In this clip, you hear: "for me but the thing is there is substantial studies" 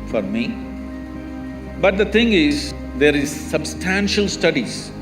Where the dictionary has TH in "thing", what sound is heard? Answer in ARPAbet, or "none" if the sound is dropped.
T